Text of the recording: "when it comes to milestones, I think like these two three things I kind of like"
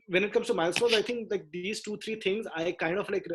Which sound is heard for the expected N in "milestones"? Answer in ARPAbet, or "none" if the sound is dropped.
none